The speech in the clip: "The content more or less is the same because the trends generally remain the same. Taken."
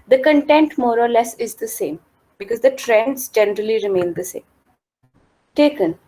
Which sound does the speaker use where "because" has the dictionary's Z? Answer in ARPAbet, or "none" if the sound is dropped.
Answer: Z